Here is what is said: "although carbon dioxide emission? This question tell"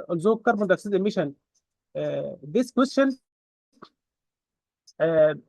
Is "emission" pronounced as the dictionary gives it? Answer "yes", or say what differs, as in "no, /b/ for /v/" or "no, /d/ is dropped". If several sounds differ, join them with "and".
yes